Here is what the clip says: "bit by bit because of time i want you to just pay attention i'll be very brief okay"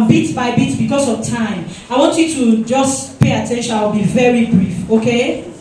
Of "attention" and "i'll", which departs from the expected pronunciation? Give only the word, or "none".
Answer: i'll